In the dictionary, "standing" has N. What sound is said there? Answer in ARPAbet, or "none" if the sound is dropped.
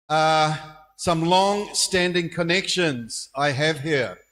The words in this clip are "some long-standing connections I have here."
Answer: N